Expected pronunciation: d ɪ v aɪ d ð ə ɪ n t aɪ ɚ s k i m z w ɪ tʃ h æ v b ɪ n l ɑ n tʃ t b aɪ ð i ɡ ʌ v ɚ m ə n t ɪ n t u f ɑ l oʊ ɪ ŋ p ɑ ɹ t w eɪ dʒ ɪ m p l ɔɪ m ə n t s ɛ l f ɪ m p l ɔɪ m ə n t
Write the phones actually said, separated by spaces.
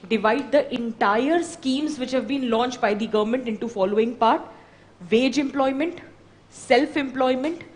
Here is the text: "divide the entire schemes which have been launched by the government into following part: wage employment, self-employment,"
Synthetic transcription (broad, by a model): d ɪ v aɪ d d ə ɪ n t aɪ ɚ s k i m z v ɪ tʃ h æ v b ɪ n l ɑ n tʃ t b aɪ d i ɡ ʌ v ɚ m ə n t ɪ n t u f ɑ l oʊ ɪ ŋ p ɑ ɹ t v eɪ dʒ ɪ m p l ɔɪ m ə n t s ɛ l f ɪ m p l ɔɪ m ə n t